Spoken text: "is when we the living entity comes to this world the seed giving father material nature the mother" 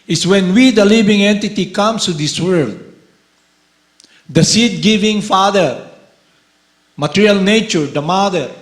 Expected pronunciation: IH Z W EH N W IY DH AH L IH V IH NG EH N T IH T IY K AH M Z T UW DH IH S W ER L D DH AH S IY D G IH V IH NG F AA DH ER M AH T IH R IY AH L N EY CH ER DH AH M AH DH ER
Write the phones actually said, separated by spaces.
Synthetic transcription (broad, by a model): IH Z W EH N W IY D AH L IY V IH NG EH N T IH T IY K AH M S T UW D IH S W ER L D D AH S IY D G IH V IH NG F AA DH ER M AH T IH R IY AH L N EY CH ER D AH M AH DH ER